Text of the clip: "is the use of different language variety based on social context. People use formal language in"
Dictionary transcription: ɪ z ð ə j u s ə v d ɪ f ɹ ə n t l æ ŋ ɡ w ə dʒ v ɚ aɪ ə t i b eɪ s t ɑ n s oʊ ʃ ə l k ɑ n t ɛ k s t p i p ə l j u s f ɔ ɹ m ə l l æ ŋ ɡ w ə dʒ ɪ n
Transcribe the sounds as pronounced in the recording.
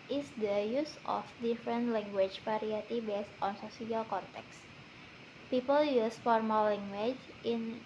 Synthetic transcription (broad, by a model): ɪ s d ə j u s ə f d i f ɹ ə n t l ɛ ŋ ɡ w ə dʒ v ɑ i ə t i b eɪ s t ɑ n s oʊ s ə l k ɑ n t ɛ k s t p i p ə l j u s f ɔ ɹ m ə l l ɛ ŋ ɡ w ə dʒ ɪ n